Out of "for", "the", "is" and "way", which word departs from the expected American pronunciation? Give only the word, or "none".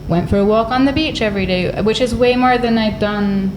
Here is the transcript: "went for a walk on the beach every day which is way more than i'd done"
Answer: none